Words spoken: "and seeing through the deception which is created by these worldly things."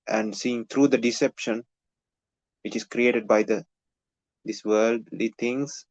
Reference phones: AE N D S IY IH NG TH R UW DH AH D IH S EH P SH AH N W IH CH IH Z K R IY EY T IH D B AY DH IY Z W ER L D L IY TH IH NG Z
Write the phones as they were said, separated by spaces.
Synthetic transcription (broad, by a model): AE N D S IY IH NG T R UW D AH D IH S EH P SH AH N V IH CH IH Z K R IY EY T IH D B AY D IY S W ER L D L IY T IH NG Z